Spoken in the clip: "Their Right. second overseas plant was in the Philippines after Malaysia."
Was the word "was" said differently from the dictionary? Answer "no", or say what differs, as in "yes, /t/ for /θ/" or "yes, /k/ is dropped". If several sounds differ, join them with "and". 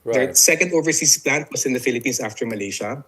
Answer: yes, /s/ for /z/